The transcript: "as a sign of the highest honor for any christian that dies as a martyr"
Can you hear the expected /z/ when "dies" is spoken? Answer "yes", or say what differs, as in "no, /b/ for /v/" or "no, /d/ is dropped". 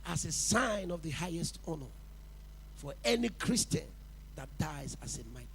yes